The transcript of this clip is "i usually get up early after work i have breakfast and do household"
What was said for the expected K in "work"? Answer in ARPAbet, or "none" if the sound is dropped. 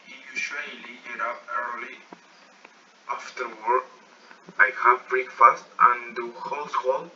none